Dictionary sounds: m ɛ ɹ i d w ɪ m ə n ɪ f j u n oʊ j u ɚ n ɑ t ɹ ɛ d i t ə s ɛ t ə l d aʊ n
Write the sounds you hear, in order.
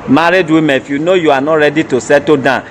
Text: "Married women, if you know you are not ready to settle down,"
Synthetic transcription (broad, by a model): m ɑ ɹ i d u ə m ɪ f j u n oʊ j u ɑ n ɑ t ɹ ɛ d i t ə s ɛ t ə d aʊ